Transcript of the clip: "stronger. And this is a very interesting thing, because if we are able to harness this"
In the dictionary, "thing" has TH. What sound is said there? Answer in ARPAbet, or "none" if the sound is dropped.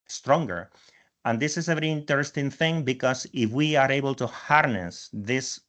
TH